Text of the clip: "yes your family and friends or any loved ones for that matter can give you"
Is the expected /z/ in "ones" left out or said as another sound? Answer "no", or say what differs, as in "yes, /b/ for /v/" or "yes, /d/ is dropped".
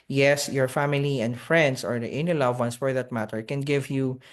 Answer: yes, /s/ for /z/